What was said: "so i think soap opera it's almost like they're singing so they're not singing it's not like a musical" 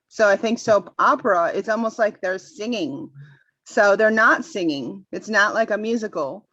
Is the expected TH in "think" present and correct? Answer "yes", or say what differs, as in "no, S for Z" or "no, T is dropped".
yes